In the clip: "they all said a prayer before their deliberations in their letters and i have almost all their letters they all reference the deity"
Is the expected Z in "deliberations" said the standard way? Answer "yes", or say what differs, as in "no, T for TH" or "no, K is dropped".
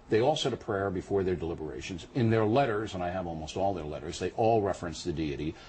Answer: yes